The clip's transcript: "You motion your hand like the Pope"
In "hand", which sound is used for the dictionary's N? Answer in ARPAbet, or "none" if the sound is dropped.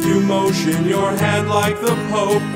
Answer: none